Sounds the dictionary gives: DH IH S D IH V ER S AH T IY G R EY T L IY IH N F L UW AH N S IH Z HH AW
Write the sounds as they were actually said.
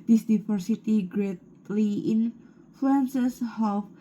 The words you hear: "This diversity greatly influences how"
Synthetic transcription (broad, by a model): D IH S D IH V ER S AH T IY G R EY T L IY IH N F L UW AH N S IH S HH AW